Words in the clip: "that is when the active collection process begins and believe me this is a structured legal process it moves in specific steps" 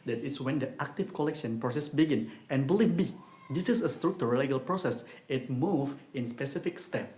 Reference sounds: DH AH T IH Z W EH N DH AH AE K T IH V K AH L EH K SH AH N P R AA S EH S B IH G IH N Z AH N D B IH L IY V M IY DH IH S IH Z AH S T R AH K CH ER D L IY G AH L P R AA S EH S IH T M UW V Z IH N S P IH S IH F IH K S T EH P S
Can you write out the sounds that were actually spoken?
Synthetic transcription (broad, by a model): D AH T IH S W EH N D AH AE K T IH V K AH L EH K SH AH N P R AA S EH S B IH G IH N AH N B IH L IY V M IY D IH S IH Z AH S T R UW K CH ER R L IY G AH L P R AA S EH S IH T M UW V IH N S P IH S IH F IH K S T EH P